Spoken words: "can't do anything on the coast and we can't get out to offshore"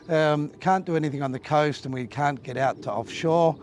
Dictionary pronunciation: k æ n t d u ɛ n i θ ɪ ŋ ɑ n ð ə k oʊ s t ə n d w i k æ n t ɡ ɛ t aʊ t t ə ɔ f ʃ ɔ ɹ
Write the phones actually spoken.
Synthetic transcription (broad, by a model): k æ n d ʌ ɛ n i θ ɪ ŋ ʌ n ð ə k oʊ s t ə n w i k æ n ɡ ɛ t aʊ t t ə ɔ f ʃ ɔ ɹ